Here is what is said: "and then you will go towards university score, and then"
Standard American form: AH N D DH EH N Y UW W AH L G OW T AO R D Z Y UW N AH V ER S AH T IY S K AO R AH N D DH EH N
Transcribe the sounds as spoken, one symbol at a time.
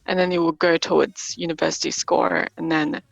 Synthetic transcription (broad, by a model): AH N DH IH N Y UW W AH L G OW T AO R D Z Y UW N AH V ER S AH T IY S K AO R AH N DH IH N